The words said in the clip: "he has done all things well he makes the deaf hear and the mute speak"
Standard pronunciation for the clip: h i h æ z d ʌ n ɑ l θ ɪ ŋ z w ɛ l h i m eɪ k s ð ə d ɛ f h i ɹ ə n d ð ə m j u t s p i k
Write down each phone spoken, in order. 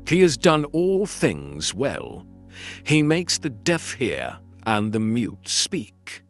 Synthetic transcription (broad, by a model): h i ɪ z d ʌ n ɑ l θ ɪ ŋ z w ɛ l i m eɪ k s ð ə d ɛ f h i ɹ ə n ð ə m j u t s p i k